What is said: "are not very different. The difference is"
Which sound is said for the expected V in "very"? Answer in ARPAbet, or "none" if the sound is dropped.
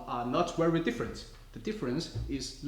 W